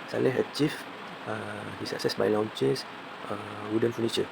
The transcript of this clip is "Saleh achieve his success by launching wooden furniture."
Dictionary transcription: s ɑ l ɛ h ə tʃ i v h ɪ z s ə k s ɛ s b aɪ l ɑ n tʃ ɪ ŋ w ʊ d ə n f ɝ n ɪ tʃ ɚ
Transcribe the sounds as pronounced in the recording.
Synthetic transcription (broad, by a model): s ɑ l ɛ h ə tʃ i f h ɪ s ə k s ɛ s b aɪ l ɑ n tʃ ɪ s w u d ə n f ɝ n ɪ tʃ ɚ